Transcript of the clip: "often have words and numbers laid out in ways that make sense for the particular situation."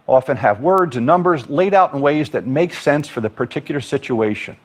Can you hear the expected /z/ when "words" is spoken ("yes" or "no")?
yes